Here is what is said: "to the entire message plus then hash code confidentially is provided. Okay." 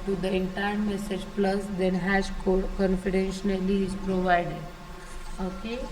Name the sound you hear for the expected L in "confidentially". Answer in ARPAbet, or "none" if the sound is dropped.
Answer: N